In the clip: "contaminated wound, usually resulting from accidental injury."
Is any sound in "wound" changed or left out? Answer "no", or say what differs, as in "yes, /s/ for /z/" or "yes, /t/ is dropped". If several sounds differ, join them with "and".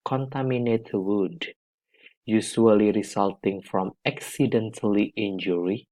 yes, /n/ is dropped